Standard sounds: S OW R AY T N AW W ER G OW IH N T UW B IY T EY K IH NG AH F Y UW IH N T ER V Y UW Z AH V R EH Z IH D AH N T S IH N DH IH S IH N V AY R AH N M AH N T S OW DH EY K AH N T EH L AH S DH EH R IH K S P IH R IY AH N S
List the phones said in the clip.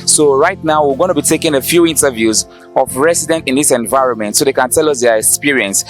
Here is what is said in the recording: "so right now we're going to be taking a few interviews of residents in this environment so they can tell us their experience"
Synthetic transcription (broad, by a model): S OW R AY T N AW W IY G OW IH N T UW B IY T EY K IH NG AH F Y UW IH N T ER V Y UW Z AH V R EH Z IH D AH N T IH N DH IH S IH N V AY R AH N M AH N T S OW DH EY K AH N T EH L AH S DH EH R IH K S P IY R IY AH N S